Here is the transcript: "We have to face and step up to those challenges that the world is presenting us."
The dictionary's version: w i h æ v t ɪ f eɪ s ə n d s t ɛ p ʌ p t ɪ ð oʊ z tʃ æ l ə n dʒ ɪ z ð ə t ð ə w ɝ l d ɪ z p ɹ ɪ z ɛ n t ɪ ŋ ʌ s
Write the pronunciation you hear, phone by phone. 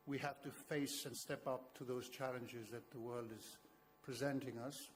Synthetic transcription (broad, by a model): w i h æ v t ɪ f eɪ s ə n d s t ɛ p ʌ p t ɪ ð oʊ z tʃ æ l ə n dʒ ɪ z ð ə t ð ə w ɝ l d ɪ z p ɹ ɪ z ɛ n t ɪ ŋ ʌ s